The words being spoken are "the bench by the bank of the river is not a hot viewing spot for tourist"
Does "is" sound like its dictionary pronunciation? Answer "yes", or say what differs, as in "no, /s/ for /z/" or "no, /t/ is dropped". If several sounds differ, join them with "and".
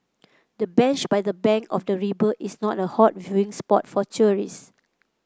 no, /s/ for /z/